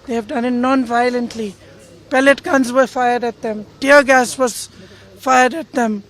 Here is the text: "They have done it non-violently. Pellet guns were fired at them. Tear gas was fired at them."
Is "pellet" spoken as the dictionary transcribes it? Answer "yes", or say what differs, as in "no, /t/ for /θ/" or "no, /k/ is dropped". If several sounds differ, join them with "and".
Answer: yes